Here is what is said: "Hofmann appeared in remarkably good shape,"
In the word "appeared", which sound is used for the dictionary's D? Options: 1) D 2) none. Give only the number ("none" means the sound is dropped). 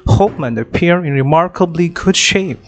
2